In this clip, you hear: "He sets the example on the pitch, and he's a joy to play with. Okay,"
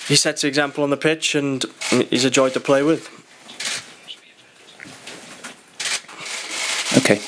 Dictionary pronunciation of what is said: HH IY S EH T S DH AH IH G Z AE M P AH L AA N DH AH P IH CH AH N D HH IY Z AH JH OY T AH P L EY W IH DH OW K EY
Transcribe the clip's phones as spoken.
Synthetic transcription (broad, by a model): HH IY S EH T S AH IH G Z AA M P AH L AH N DH AH P IH CH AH N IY Z AH JH OY T AH P L EY W IH DH OW K EY